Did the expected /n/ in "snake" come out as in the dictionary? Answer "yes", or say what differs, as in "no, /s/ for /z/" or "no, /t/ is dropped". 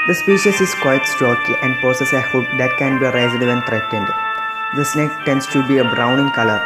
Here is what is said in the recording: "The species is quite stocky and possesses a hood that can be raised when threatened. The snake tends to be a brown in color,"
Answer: yes